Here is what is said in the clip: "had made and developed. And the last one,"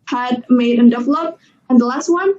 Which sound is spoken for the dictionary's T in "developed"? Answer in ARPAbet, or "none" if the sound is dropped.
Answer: none